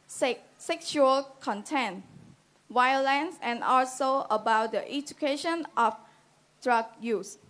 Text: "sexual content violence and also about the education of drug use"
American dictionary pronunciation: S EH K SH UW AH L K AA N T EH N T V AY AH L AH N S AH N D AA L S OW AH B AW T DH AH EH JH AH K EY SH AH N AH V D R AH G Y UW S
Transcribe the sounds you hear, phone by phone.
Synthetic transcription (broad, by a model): S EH K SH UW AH L K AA N T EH N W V AY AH L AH N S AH N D AA L S OW AH B AW T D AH EH JH AH K EY SH AH N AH F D R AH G Y UW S